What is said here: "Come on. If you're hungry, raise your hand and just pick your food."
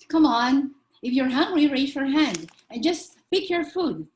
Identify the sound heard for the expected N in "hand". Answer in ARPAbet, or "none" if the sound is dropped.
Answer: N